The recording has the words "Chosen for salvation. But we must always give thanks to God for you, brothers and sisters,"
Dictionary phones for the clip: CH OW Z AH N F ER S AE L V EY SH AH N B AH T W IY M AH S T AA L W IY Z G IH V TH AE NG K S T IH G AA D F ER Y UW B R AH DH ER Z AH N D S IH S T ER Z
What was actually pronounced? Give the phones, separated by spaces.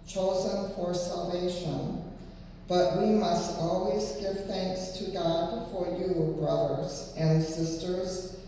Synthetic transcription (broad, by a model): CH OW Z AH N F ER S AE L V EY SH AH N B AH T W IY M AH S T AA L W IY Z G IH V TH AE NG K S T IH G AA D F ER Y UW B R AH DH ER Z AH N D S IH S T ER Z